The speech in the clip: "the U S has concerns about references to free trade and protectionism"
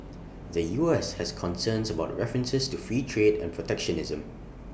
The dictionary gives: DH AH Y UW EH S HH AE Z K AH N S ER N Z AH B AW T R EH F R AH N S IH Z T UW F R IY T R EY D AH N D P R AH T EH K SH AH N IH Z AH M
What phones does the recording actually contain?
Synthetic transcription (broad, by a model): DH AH Y UW EH S HH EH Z K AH N S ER N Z AH B AW T R EH F R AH N S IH S T UW F R IY T R EY D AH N P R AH T EH K SH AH N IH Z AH M